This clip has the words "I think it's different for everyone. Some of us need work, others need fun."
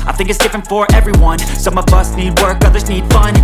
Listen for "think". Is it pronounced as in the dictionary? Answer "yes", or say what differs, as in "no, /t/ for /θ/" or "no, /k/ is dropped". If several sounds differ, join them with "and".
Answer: yes